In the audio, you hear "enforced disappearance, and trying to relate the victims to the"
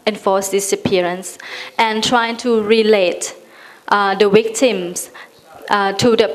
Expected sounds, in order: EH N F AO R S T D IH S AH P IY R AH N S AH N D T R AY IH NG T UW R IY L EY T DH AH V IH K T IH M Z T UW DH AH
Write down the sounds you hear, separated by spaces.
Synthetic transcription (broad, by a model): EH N F AO S D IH S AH P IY R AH N S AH N T R AY IH NG T UW R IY L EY T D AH W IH K T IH M S T UW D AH